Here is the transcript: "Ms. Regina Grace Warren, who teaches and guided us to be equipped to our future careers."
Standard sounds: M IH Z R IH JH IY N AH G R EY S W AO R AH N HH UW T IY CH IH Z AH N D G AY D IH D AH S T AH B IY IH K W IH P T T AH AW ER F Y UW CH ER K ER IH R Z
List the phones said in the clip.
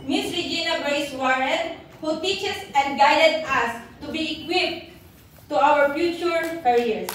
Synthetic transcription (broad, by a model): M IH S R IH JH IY N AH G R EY S W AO R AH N HH UW T IY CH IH S AH N D G AY D IH D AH S T AH B IY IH K W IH P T T AH AW ER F Y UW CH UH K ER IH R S